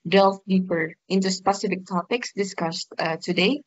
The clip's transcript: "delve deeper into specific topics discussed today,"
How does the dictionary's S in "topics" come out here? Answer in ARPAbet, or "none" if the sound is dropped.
S